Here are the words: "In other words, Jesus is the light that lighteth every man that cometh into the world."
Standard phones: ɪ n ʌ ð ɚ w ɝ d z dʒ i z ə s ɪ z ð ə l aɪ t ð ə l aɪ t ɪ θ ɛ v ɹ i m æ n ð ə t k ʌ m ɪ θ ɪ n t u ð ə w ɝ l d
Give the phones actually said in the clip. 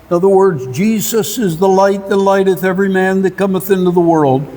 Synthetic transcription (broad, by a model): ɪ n ʌ ð ɚ w ɝ d z dʒ i z ə s ɪ z ð ə l aɪ t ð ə l aɪ t ɪ θ ɛ v ɹ i m æ n ð ə t k ʌ m ɪ θ ɪ n t u ð ə w ɝ l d